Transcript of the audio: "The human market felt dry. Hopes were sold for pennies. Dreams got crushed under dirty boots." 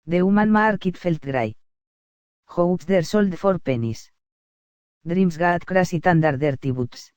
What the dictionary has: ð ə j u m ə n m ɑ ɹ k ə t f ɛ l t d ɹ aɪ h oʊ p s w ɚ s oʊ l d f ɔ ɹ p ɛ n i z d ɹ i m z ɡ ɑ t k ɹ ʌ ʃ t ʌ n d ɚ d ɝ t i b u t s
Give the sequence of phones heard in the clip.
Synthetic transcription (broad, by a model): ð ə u m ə n m ɑ ɹ k ə t f ɛ l t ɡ ɹ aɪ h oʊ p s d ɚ s oʊ l d f ɔ ɹ p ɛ n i s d ɹ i m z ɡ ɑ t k ɹ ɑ s t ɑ n d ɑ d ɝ t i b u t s